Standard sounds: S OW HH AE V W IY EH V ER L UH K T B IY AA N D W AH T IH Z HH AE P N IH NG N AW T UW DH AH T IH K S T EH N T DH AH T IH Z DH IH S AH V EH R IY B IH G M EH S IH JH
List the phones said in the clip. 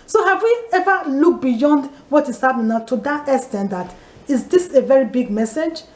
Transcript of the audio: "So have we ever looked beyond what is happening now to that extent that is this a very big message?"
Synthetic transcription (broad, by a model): S OW HH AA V W IY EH V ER L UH K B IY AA N D W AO T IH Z HH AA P N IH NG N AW T UW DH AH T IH S T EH N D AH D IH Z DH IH S AH V EH R IY B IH G M EH S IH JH